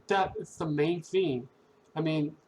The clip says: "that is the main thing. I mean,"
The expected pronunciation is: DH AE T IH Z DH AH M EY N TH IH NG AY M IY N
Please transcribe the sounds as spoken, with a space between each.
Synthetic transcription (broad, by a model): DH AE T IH S DH AH M EY N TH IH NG AY M IY N